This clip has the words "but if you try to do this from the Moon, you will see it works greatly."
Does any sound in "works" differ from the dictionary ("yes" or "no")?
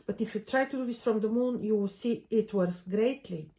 yes